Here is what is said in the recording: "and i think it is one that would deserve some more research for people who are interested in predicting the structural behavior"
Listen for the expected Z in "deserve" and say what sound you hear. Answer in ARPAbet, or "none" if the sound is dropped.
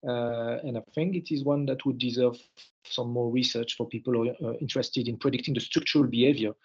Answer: Z